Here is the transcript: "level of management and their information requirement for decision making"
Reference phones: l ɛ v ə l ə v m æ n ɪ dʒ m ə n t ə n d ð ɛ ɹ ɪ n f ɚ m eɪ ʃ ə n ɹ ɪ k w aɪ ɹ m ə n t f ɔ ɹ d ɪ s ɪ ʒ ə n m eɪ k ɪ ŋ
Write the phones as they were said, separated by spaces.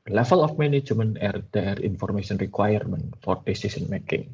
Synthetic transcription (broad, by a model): l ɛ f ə l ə f m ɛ n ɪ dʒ m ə n ə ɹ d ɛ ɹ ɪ n f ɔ m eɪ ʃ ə n ɹ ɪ k w aɪ ɹ m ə n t f ɔ ɹ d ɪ s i s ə n m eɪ k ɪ ŋ